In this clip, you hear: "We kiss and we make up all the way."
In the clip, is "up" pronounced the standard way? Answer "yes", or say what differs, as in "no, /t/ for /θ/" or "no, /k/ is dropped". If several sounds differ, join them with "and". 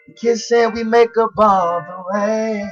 no, /b/ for /p/